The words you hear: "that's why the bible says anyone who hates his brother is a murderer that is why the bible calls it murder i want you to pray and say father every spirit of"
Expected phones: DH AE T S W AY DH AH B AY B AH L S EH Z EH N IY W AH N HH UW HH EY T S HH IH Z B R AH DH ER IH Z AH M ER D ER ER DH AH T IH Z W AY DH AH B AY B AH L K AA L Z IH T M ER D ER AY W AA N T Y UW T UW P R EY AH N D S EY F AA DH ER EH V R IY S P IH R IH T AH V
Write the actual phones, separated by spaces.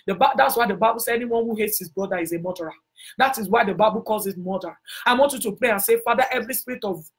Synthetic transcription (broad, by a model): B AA T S W AY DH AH B AY B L S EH EH N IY W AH N HH UW HH EY T S HH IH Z B R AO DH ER IH Z AH M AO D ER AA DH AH T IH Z W AY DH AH B AY B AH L K AA L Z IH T M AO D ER AY W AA N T Y UW T UW P R EY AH N S EY F AA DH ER EH V R IY S P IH R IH T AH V